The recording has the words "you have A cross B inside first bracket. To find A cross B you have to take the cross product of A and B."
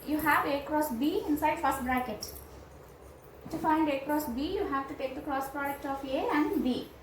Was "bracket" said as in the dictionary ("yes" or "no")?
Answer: yes